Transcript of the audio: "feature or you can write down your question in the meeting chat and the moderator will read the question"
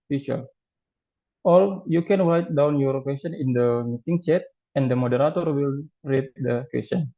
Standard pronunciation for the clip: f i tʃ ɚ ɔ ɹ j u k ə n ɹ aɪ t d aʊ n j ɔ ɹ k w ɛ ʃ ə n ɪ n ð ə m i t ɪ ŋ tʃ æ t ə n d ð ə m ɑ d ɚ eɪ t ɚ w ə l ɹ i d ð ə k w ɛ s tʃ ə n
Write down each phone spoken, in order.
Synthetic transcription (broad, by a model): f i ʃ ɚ ɔ l j u k ə n ɹ aɪ t d aʊ n j ɔ ɹ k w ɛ s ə n ɪ n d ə m i t ɪ ŋ tʃ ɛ t ə n d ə m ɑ d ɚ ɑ t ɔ w ə l ɹ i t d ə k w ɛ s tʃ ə n